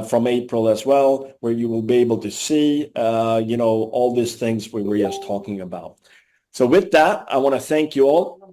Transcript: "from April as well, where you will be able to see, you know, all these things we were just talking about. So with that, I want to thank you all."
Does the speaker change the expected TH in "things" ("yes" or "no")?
no